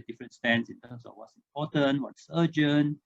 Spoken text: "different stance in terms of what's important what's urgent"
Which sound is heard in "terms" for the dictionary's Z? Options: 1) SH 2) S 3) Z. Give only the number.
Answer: 2